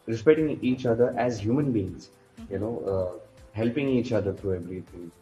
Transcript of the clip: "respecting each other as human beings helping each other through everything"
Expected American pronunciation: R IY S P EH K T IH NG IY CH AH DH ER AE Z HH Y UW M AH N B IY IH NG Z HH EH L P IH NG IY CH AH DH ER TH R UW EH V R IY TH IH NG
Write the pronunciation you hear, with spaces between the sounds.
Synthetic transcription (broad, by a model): R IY S P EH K T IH NG IY CH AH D ER AE Z HH Y UW M AH N B IY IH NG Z HH EH L P IH NG IY CH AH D ER T R UW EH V R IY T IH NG